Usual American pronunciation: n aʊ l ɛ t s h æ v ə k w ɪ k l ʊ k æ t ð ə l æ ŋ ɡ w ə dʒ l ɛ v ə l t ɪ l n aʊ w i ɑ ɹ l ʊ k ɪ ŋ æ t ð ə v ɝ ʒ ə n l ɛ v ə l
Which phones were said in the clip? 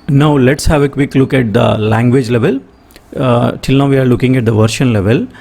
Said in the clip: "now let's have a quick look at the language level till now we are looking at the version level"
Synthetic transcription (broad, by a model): n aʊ l ɛ t s h æ v ə k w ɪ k l ʊ k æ t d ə l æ ŋ ɡ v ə dʒ l ɛ v ə l t ɪ l n aʊ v i ɑ ɹ l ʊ k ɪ ŋ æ t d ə v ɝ ʃ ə n l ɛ v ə l